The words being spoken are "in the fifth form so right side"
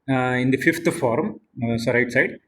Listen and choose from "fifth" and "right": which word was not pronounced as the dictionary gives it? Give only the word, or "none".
fifth